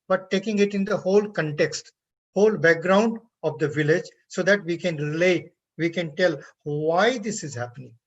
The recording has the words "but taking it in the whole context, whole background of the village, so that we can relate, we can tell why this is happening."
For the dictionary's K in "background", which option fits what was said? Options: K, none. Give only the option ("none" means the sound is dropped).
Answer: K